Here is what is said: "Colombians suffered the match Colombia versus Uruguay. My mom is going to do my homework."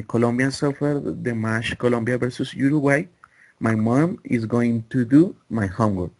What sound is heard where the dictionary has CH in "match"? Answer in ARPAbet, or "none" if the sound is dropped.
SH